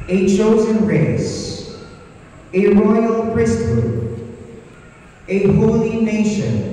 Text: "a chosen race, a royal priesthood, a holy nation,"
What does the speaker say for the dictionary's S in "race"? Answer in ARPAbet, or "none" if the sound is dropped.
S